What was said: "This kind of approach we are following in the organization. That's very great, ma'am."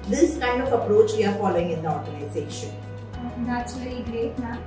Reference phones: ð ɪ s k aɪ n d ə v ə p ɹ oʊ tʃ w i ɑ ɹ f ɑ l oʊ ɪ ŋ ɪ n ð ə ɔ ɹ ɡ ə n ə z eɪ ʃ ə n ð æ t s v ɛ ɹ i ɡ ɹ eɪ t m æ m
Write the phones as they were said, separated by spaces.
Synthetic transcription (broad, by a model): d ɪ s k aɪ n d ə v ə p ɹ oʊ tʃ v i ɑ ɹ f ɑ l oʊ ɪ ŋ ɪ n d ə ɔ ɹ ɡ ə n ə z eɪ ʃ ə n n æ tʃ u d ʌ l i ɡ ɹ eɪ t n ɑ